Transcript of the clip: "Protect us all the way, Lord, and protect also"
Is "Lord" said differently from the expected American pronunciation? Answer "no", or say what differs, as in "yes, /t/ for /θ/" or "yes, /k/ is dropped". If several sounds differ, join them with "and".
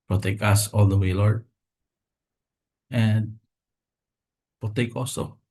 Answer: yes, /d/ is dropped